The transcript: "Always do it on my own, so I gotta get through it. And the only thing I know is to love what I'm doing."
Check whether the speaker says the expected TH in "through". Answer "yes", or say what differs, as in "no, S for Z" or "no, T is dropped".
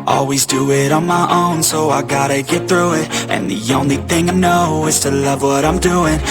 yes